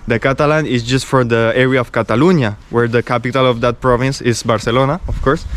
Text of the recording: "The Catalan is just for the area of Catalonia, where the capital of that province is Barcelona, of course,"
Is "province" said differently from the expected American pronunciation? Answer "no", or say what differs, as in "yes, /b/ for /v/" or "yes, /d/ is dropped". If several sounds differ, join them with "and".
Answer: no